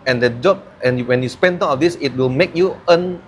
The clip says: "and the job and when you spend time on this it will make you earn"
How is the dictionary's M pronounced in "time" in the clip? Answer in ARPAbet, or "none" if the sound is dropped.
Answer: none